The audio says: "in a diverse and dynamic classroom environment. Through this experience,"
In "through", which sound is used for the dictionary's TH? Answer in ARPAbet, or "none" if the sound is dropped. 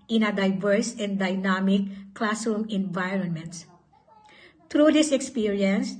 T